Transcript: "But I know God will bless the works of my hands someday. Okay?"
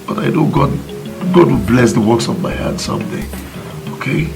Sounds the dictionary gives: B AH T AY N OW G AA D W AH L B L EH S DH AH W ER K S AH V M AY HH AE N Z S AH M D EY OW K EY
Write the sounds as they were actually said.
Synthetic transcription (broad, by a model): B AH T AY N OW G AA D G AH W B L EH S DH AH W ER K S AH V M AY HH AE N S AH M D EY OW K EY